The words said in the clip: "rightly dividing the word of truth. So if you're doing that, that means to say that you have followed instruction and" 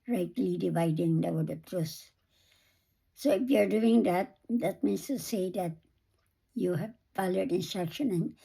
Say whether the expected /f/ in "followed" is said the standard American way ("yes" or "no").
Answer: no